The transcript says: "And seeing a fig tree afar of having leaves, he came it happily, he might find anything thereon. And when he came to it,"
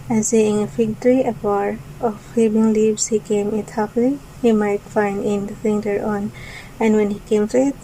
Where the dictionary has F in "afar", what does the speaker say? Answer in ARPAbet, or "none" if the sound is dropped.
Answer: P